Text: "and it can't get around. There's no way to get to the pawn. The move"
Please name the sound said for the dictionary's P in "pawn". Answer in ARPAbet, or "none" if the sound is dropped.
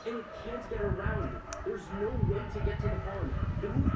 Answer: F